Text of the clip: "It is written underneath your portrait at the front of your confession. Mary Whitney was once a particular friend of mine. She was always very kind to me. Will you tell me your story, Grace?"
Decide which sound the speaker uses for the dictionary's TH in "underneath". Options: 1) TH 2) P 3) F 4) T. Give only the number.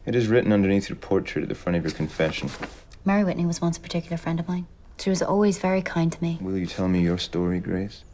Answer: 1